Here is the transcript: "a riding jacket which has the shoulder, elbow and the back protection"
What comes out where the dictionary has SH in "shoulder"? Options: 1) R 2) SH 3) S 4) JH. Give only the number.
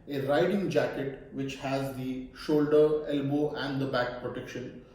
2